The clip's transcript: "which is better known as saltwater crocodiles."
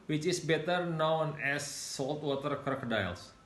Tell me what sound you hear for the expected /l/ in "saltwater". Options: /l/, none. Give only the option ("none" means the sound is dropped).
/l/